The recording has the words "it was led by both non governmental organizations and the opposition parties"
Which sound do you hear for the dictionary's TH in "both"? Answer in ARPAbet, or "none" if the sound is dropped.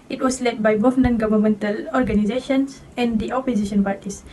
F